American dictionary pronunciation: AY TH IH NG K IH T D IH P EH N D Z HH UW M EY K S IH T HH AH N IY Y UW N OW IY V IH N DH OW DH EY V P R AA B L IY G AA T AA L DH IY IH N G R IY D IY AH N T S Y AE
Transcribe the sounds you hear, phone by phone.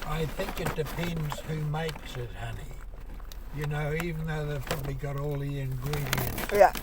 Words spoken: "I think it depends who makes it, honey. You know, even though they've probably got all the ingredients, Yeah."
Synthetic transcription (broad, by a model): AY TH IH NG K IH T D IH P EH N D Z HH UW M EY K S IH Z HH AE N IY Y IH N OW IY V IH N DH OW DH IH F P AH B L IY G AA T AA L DH IY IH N G R IY D IY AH N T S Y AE